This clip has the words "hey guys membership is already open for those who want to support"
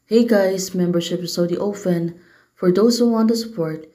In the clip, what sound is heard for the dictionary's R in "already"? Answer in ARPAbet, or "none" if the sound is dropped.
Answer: none